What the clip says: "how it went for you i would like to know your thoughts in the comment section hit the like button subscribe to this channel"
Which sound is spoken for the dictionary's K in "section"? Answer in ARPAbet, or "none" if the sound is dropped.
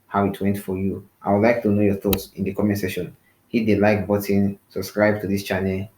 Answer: none